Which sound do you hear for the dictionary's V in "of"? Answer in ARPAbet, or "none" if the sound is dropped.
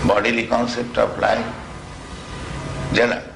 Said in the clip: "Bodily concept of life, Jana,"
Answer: P